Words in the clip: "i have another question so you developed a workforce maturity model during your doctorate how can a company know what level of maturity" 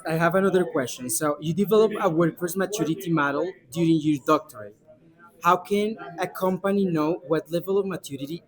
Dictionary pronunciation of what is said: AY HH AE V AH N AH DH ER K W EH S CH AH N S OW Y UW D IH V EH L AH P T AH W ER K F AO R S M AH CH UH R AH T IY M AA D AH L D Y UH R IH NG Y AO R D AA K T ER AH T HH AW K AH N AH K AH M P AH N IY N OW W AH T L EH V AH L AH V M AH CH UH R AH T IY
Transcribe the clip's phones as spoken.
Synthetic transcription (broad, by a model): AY HH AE V AH N AH DH ER K W EH S CH AH N S OW Y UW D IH V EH L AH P AH W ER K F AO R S M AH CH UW R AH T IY M AA D AH L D Y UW R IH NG Y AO R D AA K T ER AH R HH AW K AH N AH K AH M P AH N IY N OW W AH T L EH V AH L AH V M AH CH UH R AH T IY